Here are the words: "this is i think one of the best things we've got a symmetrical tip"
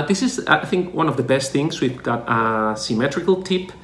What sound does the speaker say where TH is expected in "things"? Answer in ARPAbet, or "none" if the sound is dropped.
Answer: TH